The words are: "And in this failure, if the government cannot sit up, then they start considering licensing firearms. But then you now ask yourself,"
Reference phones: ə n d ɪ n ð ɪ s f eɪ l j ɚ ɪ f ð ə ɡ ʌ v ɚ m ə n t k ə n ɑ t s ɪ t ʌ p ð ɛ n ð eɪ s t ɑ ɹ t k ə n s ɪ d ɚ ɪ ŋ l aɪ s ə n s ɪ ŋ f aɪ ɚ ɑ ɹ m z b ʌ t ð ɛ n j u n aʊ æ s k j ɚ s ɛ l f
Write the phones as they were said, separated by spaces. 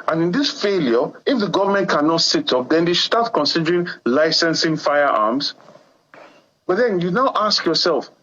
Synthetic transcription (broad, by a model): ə n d ɪ n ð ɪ s f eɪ l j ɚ ɪ f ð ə ɡ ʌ v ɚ m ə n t k ə n ɑ t s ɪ t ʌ p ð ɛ n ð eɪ s t ɑ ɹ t k ə n s ɪ d ɚ ɪ ŋ l aɪ s ə n s ɪ ŋ f aɪ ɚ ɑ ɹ m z b ʌ t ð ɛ n j u n aʊ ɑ s k j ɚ s ɛ l f